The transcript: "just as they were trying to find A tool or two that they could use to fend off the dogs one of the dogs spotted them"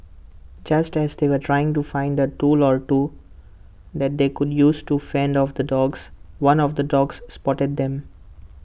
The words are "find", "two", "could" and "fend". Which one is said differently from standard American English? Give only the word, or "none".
none